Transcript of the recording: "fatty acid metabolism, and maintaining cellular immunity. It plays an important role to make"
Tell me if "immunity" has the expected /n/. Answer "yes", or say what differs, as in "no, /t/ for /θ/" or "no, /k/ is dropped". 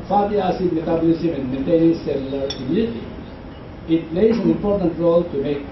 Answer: no, /n/ is dropped